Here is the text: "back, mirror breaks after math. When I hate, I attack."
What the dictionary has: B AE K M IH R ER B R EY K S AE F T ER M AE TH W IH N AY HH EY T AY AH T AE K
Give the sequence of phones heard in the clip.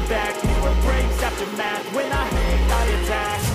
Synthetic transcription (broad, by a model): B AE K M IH ER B R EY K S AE P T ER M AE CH W IH N AY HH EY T AY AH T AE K